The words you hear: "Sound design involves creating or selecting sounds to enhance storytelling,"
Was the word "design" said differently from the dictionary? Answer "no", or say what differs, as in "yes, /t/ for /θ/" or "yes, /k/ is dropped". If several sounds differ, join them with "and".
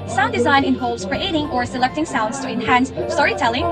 no